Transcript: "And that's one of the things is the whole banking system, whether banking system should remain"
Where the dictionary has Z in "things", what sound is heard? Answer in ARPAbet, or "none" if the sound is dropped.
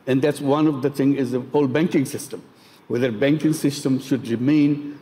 none